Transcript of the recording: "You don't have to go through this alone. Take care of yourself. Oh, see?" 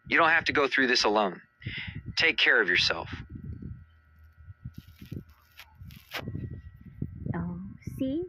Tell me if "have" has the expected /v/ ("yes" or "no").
no